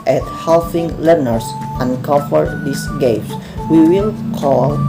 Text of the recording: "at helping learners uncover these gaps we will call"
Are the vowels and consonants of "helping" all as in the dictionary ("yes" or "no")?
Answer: no